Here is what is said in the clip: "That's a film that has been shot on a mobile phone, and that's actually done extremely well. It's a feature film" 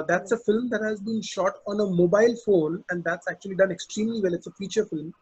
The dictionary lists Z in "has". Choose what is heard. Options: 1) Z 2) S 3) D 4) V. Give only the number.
1